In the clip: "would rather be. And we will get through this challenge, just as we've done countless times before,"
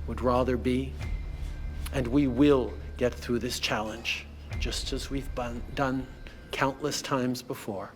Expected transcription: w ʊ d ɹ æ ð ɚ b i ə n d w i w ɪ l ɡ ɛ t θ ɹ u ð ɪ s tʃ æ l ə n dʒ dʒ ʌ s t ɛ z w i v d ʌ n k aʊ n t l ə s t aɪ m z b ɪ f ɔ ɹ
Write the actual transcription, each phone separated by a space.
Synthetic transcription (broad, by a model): w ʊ d ɹ æ ð ɚ b i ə n w i w ɪ l ɡ ɛ t θ ɹ u ð ɪ s tʃ æ l ə n dʒ dʒ ʌ s t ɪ z w i v d ʌ n k aʊ n t l ə s t aɪ m z b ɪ f ɔ ɹ